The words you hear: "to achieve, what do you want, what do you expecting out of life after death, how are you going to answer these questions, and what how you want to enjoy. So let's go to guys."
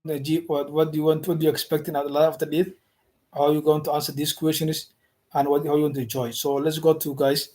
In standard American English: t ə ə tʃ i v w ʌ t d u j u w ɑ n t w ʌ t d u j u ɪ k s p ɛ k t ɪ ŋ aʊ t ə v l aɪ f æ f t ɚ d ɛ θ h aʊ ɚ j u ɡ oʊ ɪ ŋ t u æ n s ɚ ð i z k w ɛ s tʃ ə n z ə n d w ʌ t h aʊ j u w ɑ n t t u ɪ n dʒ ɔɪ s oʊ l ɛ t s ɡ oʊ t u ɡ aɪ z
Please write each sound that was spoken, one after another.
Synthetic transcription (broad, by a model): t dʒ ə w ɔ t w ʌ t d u j u w ɑ n t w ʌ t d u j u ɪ k s p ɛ k t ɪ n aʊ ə l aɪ ɔ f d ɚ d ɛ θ h aʊ j u ɡ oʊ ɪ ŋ t u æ n s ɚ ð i s k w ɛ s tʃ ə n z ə n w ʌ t h aʊ j u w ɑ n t t u ɪ n dʒ ɔɪ s oʊ l ɛ t s ɡ oʊ t u ɡ aɪ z